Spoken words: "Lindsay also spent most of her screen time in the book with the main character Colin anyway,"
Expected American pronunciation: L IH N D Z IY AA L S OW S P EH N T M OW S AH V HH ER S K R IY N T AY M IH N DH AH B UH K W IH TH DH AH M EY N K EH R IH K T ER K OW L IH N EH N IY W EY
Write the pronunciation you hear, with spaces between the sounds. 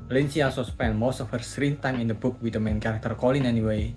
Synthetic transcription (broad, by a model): L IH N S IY AA S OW S P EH N M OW S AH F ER S R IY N T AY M IH N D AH B UH K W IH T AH M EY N K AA R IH K T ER K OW L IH N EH N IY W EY